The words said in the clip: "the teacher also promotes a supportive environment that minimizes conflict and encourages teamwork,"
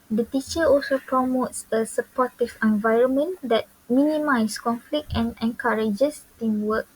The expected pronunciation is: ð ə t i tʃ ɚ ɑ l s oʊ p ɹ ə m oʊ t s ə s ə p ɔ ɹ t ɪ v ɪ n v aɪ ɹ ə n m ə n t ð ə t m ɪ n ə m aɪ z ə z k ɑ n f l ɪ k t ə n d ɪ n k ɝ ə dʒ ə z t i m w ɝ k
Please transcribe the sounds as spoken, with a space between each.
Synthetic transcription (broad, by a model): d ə t i tʃ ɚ ɑ l s oʊ p ɹ ə m oʊ t s ə s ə p ɔ t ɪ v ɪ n v aɪ ɹ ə n m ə n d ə t m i n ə m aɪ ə s k ɑ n f l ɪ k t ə n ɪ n k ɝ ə dʒ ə s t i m w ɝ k